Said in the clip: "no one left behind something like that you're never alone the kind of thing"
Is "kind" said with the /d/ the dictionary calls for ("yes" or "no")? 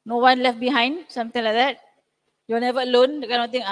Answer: no